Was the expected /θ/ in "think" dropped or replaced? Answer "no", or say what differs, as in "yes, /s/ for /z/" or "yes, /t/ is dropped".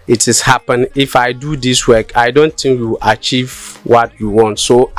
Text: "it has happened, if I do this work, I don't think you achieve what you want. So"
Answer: yes, /t/ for /θ/